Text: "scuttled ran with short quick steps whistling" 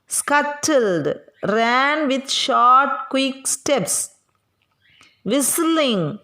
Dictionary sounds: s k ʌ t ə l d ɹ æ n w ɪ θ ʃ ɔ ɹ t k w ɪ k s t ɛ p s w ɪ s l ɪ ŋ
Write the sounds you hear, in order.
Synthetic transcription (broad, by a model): s k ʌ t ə l d ɹ æ n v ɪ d ʃ ɔ ɹ t k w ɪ k s t ɛ p s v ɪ s l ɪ ŋ